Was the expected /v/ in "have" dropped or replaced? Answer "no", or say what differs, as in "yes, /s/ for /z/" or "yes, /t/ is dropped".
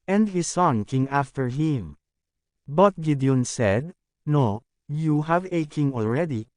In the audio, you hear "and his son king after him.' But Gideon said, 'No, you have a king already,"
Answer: no